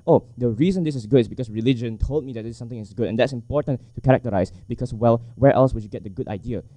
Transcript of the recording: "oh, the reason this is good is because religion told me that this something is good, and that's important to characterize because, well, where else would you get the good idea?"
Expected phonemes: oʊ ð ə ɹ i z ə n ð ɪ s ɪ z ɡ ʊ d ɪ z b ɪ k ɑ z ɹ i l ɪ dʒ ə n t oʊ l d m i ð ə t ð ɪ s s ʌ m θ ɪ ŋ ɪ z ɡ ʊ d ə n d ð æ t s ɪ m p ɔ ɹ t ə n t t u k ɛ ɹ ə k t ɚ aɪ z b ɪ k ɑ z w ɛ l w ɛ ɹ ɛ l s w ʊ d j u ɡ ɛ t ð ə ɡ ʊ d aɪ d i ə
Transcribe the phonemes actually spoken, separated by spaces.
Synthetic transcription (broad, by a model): oʊ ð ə ɹ i z ə n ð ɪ s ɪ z ɡ ʊ d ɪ s b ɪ k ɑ s ɹ i l ɪ dʒ ə n t oʊ l d m i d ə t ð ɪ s s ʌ m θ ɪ ŋ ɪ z ɡ ʊ d ə n d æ t s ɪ m p ɔ ɹ t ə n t t u k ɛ ɹ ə k t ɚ aɪ s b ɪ k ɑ s w ɛ l w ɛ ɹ ɛ l s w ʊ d j u ɡ ɛ t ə ɡ ʊ d aɪ d i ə